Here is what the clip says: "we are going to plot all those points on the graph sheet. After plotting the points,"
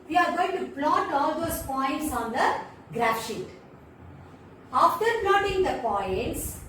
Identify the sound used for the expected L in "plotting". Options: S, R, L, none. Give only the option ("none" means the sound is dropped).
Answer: L